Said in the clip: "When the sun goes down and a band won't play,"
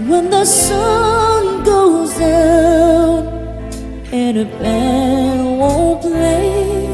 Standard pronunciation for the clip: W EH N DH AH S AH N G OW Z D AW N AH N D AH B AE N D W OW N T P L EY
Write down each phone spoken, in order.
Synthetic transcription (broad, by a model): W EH N DH AH S AH N G OW Z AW AH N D AH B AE D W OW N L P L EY